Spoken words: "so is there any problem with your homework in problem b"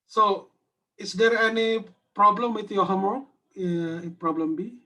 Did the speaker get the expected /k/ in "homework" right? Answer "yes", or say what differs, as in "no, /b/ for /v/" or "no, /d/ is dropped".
no, /k/ is dropped